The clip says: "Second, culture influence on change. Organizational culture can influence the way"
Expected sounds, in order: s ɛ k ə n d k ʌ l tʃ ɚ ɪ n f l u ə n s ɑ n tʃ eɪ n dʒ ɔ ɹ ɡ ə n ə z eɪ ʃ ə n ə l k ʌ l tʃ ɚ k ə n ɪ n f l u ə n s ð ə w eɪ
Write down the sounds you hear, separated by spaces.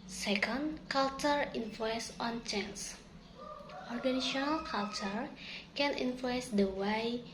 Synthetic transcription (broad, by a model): s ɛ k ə n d k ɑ l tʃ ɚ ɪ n f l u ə n s ɑ n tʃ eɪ n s ɔ ɹ ɡ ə n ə s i ə n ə l k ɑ l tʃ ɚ k ə n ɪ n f l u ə n s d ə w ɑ